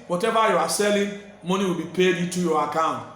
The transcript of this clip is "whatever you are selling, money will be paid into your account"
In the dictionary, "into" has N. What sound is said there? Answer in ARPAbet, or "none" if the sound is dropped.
none